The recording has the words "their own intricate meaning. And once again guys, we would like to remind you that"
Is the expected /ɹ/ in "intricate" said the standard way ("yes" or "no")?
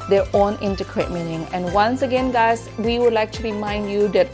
no